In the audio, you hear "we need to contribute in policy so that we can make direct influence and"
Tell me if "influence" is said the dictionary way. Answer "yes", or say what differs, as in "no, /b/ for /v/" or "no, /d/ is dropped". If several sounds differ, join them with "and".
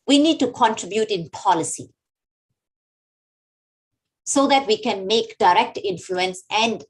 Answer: yes